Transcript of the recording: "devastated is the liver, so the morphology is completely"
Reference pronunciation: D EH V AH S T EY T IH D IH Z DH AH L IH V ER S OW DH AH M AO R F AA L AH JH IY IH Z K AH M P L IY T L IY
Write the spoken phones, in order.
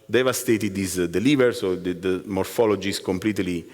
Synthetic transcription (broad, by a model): D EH V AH S T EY T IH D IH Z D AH L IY V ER S OW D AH M AO R F AA L AH JH IY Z K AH M P L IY T L IY